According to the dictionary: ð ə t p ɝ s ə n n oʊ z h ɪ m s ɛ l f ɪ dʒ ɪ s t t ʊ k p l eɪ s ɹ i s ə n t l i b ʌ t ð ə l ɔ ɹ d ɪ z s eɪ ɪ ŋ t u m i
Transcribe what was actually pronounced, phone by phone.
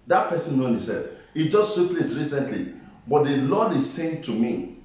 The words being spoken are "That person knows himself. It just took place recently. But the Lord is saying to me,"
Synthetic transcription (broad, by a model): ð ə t p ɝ s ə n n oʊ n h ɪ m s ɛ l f ɪ dʒ ɪ s t s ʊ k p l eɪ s ɹ i s ə n t l i b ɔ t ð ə l ɔ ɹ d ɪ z s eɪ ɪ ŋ t u m i